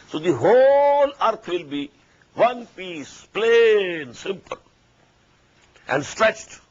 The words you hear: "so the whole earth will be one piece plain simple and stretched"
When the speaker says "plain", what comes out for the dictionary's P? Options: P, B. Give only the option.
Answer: P